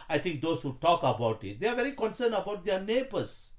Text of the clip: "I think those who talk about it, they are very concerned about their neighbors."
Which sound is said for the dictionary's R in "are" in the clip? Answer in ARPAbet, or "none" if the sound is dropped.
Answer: R